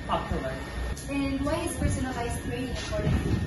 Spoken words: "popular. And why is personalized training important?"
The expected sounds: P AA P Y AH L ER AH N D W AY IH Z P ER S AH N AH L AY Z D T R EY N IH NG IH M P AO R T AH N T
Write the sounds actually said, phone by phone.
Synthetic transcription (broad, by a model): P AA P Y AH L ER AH N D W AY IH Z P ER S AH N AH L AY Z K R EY IH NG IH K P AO R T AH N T